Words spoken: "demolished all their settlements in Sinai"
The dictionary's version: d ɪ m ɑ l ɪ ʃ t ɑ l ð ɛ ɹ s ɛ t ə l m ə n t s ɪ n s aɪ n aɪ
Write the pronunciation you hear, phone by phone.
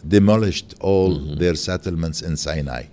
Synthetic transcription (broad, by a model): d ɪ m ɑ l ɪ ʃ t ɑ l ð ɛ ɹ s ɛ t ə l m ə n t s ɪ n s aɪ n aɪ